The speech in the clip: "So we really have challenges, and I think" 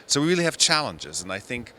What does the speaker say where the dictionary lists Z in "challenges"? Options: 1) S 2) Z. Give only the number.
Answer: 2